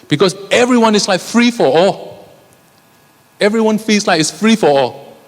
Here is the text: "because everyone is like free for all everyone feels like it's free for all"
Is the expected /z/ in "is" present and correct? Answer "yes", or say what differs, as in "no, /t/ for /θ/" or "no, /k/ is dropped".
no, /s/ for /z/